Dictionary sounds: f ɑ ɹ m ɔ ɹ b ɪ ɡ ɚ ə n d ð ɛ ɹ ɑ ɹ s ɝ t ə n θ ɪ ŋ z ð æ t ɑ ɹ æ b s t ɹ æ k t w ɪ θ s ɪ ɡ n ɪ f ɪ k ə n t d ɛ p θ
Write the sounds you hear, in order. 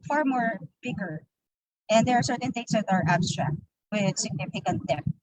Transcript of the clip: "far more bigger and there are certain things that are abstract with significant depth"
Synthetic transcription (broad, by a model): f ɑ ɹ m ɔ ɹ b ɪ ɡ ɚ ə n d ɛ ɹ ɑ ɹ s ɝ t ə n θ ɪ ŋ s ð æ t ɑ ɹ æ b s t ɹ æ k t w ɪ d s ɪ ɡ n ɪ f ɪ k ə n t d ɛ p